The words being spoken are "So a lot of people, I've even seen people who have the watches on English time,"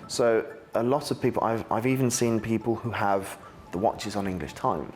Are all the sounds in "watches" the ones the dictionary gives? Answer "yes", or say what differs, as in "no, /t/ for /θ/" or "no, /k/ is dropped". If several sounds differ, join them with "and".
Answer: yes